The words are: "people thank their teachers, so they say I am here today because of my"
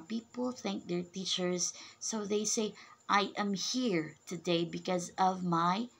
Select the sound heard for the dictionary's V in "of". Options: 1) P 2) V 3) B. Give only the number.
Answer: 2